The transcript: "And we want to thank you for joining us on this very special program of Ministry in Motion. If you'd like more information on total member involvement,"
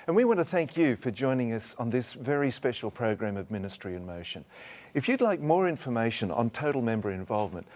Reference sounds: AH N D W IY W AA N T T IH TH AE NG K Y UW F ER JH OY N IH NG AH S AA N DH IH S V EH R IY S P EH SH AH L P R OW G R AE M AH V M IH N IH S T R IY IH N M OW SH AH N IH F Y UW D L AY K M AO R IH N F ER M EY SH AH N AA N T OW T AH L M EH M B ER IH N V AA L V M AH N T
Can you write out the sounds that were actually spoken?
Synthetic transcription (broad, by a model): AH N W IY W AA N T T IH TH AE NG K Y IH F ER JH OY N IH NG AH S N DH IH S V EH R IY S P EH SH L P R OW G R AE M AH V M IH N IH S T R IY IH N M OW SH AH N IH F Y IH D L AY K M AO R IH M F ER M EY SH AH N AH N T OW T L M EH M B ER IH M V AA L V M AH N T